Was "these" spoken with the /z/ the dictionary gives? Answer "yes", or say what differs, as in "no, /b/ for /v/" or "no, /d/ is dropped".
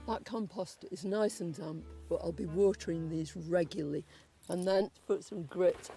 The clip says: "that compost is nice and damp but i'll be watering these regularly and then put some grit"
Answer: yes